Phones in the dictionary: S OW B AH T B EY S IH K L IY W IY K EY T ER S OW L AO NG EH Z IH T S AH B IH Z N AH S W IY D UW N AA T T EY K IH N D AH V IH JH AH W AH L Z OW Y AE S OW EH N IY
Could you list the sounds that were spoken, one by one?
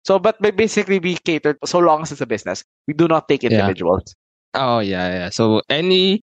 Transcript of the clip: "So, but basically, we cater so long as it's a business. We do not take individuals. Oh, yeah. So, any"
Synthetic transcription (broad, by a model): S OW B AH T B EY S IH K L IY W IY K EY T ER S OW L AO NG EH S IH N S AH B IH S N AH S W IY D UW N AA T T EY K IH D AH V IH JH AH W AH L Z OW Y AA S OW EH N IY